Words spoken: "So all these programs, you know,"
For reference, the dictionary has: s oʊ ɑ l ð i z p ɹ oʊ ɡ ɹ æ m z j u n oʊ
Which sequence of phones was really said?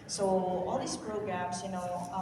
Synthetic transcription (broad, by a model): s oʊ ɑ l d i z p ɹ oʊ ɡ ɹ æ m s j u n oʊ